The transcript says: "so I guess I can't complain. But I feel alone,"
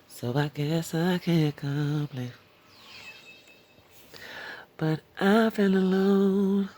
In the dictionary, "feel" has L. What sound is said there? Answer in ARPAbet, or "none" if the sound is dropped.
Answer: N